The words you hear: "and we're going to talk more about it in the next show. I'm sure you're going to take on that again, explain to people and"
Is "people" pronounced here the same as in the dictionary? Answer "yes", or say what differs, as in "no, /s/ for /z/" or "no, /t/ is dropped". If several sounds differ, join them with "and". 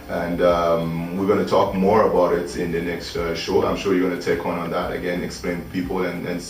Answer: no, /n/ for /l/